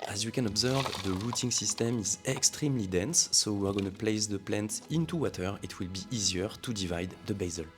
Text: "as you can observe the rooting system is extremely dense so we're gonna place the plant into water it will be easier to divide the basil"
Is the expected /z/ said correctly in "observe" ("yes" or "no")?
yes